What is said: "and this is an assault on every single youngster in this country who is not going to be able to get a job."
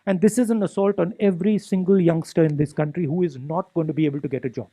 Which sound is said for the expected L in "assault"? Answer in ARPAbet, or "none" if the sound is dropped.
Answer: L